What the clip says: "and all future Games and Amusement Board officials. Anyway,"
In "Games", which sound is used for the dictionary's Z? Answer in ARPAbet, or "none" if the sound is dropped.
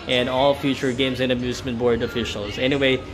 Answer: Z